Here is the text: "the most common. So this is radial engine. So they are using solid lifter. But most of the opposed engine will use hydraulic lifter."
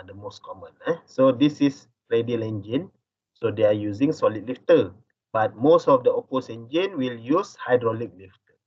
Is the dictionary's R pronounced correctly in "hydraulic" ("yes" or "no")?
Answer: yes